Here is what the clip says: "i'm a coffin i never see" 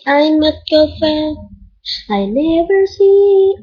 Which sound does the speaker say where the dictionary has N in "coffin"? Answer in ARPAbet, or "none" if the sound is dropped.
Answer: none